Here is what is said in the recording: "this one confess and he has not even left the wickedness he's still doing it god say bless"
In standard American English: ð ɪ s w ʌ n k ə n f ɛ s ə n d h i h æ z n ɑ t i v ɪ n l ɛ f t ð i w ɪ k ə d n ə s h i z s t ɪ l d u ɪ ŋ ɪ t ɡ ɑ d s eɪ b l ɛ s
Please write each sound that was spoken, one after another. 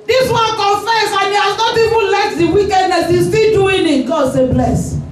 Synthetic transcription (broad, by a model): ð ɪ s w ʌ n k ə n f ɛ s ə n h i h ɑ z n ɑ t i v ɪ n l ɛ t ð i w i k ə d n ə s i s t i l d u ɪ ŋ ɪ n ɡ ɑ d s eɪ b l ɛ s